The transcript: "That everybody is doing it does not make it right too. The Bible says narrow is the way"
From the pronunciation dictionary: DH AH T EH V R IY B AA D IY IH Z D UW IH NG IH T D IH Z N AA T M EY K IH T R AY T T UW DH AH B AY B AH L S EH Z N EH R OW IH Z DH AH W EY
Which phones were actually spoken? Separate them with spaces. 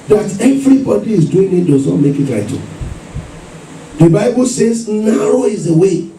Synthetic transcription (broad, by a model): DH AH T EH V R IY B AA D IY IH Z D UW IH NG IH T D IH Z N AA T M EY K IH T L AY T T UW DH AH B AY B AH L S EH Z N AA R OW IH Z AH W EY